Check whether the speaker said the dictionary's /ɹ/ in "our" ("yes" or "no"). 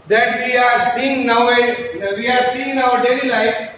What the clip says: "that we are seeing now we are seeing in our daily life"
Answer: no